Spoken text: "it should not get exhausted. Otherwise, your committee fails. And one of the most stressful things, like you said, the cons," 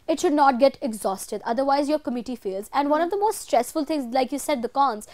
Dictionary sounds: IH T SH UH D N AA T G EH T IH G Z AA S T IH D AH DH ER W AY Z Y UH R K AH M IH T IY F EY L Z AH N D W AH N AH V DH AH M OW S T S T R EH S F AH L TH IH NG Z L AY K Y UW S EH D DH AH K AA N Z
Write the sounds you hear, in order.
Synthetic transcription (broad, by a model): IH T SH UH D N AA T G EH T IH G Z AA S T IH D AH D ER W AY Z Y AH R K AH M IH T IY F EY L Z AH N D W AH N AH V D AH M OW S T S T R EH S F AH L T IH NG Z L AY K Y UW S EH D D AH K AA N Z